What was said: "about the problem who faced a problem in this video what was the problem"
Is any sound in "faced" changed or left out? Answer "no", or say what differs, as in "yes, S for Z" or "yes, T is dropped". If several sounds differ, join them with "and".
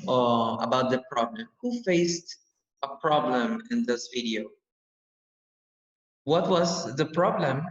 no